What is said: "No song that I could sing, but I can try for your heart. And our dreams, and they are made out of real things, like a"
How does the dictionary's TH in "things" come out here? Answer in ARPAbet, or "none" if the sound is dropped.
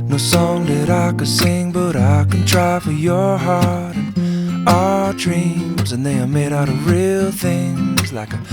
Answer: TH